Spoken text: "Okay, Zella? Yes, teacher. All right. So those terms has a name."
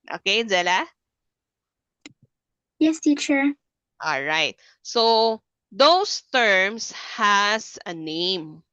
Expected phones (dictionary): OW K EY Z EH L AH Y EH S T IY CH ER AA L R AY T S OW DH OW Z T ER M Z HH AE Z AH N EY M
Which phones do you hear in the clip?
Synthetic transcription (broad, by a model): OW K EY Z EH L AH Y EH S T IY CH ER AA L R AY T S OW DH OW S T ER M S HH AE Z AH N EY M